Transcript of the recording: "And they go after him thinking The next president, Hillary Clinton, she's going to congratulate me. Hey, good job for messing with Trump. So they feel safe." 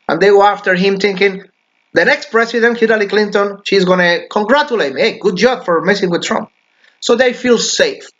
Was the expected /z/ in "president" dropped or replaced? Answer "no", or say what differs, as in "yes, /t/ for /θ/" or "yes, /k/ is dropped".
yes, /s/ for /z/